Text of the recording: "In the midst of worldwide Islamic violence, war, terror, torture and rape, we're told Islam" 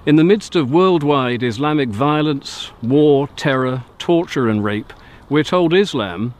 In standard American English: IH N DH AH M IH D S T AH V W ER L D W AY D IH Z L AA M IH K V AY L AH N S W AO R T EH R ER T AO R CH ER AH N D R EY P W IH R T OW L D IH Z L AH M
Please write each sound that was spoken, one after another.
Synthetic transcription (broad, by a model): IH N DH AH M IH D S T AH V W ER L D W AY D IH Z L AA M IH K V AY L AH N S W AO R T EH R ER T AO R CH ER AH N R EY P W IH R T OW L D IH Z L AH M